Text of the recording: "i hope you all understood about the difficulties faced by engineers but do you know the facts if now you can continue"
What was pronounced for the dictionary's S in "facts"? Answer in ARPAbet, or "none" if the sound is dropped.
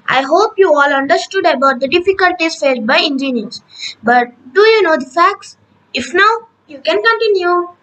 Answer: S